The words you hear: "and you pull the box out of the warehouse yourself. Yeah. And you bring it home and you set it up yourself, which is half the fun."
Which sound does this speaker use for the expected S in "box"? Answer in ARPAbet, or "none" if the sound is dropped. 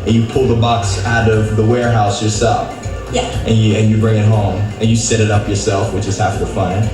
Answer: S